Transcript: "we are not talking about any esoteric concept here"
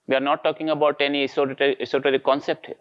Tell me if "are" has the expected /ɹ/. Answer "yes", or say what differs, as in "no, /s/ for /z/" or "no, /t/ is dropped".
yes